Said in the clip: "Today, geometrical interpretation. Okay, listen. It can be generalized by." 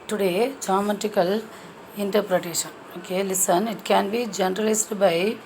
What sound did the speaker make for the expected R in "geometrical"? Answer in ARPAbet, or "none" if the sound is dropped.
none